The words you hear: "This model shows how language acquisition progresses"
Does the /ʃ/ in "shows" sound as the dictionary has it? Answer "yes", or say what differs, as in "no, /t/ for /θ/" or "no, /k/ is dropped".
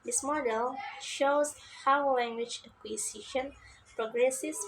yes